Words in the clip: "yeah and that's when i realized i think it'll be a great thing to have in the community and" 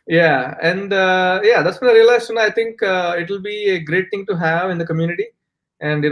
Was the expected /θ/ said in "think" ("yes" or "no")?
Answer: no